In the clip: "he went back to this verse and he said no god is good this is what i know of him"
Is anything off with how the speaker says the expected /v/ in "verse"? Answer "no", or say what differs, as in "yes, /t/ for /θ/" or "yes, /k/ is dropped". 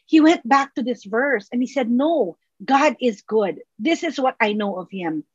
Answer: no